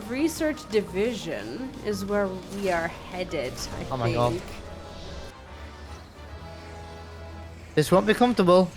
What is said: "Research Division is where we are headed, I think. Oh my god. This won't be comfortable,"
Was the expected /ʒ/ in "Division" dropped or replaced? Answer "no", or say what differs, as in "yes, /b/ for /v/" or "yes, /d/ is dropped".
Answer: no